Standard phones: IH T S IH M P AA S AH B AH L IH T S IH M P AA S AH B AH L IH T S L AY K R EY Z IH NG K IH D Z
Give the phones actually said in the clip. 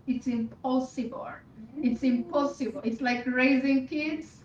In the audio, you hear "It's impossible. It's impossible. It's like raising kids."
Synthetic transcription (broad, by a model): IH T S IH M P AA S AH B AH L IH T S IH M P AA S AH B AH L IH T S L AY K R EY Z IH NG K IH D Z